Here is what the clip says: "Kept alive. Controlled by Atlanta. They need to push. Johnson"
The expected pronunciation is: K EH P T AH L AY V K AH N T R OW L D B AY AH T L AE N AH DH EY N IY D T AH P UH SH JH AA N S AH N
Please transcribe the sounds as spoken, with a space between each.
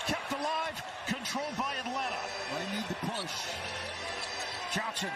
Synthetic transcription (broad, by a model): K EH P T AH L AY V K AH N T R OW L D B AY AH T L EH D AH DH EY N IY D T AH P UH S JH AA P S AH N